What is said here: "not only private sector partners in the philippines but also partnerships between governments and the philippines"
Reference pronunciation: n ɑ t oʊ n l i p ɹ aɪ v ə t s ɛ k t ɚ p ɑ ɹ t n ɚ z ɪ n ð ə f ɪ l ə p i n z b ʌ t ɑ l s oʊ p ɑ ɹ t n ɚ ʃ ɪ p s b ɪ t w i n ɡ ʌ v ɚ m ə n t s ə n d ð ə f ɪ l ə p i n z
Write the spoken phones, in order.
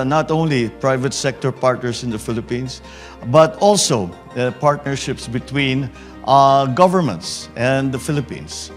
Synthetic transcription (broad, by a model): n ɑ t oʊ n l i p ɹ aɪ v ə t s ɛ k t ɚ p ɑ ɹ t n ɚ s ɪ n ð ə f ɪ l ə p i n s b ʌ t ɑ l s oʊ p ɑ ɹ t n ɚ ʃ ɪ p s b ɪ t w i n ɡ ʌ v ɚ m ə n t s ə n d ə f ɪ l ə p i n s